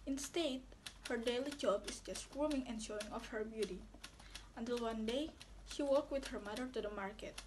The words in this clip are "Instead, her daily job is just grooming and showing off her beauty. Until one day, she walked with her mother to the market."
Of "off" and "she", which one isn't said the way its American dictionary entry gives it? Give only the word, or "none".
none